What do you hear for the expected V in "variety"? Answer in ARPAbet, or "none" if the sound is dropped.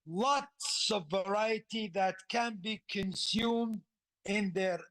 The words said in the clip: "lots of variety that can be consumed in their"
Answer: V